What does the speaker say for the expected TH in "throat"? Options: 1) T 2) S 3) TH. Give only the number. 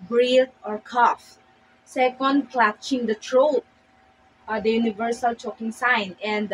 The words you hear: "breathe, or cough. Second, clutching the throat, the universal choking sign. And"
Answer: 1